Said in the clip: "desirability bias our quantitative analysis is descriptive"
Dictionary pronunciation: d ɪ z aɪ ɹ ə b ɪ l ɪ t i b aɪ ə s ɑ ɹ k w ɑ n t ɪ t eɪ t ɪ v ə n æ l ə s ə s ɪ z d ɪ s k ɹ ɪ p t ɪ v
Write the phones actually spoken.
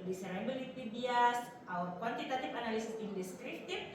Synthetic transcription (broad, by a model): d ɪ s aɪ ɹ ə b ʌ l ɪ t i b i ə s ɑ w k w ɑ n t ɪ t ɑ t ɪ p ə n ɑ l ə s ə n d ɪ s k ɹ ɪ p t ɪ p